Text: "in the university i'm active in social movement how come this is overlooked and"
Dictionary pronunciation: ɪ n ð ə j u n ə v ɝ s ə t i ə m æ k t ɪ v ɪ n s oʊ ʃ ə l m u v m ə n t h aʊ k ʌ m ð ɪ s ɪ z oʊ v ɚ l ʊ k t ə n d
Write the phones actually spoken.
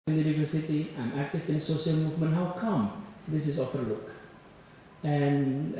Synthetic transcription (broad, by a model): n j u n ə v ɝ s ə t i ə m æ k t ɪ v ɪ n s oʊ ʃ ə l m u v m ə n t h aʊ k ʌ m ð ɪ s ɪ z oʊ f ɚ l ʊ k ə n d